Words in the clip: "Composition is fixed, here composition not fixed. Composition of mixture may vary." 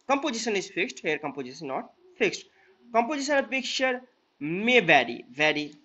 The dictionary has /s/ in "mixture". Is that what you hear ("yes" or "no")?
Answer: no